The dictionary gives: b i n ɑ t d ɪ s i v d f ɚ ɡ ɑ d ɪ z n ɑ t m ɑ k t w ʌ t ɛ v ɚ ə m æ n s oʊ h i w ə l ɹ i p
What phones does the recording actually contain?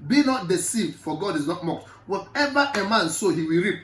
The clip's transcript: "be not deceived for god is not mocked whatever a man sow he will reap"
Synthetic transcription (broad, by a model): b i n ɑ t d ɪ s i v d f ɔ ɡ ɑ d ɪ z n ɑ t m ɑ k t w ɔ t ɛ v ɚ ə m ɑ n s oʊ h i w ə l ɹ i p